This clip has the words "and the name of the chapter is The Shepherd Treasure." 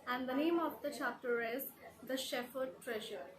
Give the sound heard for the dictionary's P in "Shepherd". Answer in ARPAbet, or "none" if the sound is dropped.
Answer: F